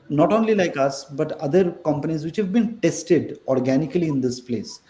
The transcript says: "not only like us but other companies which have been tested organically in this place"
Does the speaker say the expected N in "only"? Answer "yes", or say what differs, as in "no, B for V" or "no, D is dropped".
yes